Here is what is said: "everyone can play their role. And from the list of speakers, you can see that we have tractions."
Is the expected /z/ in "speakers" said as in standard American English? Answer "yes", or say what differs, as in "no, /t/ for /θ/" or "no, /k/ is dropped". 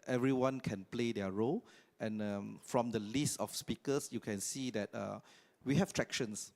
no, /s/ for /z/